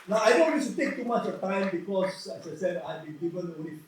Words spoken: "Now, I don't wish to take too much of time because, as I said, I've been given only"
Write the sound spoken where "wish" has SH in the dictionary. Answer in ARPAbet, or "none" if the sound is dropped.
S